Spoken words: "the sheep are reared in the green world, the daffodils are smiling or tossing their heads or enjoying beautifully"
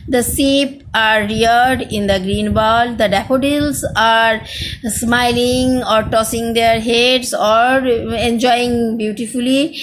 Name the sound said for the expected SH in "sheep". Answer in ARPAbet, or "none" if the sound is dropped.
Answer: S